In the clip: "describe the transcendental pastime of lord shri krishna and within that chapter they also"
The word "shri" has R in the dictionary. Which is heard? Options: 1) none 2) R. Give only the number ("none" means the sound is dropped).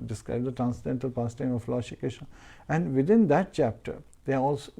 1